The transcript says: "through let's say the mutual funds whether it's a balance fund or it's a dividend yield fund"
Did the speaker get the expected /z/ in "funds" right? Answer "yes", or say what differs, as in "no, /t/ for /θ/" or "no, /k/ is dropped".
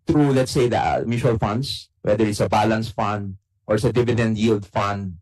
no, /s/ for /z/